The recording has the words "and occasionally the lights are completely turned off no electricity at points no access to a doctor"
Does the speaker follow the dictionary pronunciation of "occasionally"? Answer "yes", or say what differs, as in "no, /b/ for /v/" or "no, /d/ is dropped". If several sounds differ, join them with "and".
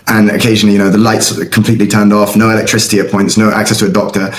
no, /n/ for /l/